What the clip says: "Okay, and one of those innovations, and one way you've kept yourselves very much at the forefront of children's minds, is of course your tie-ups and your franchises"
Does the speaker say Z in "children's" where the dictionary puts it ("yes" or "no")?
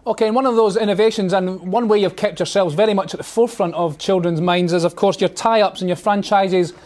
yes